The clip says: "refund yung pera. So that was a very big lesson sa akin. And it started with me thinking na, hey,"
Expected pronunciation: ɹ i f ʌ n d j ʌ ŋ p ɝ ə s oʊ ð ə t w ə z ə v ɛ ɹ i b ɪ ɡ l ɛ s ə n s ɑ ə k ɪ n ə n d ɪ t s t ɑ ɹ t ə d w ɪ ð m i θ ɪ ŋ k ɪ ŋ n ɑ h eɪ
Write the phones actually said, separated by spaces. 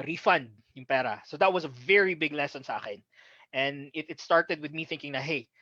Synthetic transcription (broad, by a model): ɹ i f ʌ n d j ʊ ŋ p ɝ ə s oʊ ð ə t w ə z ə v ɛ ɹ i b ɪ ɡ l ɛ s ə n s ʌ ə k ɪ n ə n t ɪ t s t ɑ ɹ t ə d w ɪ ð m i θ ɪ ŋ k ɪ ŋ n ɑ h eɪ